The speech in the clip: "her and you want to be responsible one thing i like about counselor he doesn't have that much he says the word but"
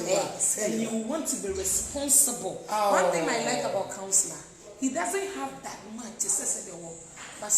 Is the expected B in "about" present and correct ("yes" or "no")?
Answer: yes